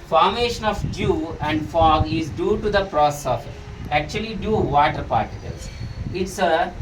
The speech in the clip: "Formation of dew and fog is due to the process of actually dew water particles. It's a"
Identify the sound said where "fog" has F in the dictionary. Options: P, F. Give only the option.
F